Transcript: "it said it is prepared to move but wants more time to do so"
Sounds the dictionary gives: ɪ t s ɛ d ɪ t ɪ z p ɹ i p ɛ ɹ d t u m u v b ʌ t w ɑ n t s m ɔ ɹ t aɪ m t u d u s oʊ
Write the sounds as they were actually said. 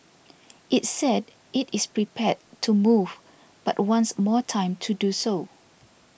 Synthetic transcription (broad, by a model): ɪ t s ɛ d ɪ t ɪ s p ɹ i p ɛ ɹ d t u m u v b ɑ t w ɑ n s m ɔ t aɪ m t u d u s oʊ